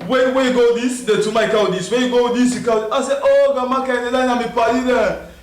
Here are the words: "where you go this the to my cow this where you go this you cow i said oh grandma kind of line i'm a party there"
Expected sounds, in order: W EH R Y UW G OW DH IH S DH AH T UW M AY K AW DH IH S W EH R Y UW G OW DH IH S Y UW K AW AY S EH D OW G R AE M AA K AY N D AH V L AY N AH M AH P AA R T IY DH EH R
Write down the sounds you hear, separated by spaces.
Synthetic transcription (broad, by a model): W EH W Y UW G OW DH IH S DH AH T UW M AY K AW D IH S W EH Y UW G OW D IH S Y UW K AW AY S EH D OW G AA M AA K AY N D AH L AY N AH M AH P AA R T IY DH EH